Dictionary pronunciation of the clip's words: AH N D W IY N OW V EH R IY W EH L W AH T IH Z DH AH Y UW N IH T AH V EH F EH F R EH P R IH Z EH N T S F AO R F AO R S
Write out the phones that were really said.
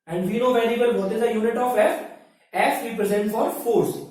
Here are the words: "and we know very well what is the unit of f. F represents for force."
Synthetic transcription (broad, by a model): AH N D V IY N OW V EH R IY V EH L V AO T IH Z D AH Y UW N IH T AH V EH F EH F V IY P R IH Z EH N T F AO R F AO R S